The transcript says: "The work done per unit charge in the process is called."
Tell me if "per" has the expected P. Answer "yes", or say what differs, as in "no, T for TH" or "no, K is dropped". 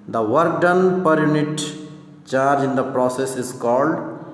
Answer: yes